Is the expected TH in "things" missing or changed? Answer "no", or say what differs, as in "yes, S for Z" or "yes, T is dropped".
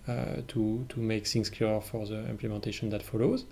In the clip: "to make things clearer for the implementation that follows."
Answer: yes, S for TH